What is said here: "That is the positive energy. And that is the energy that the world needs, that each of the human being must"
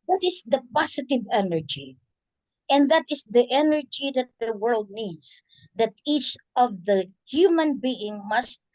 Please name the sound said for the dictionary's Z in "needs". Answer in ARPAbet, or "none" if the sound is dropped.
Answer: S